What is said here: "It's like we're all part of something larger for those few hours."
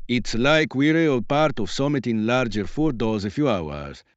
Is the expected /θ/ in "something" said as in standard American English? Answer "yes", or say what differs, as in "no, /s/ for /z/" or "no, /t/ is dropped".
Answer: no, /t/ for /θ/